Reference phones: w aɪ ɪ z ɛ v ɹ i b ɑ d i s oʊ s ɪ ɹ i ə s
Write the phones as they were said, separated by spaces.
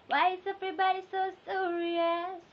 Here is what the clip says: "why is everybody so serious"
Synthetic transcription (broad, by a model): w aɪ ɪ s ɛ p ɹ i b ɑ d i s oʊ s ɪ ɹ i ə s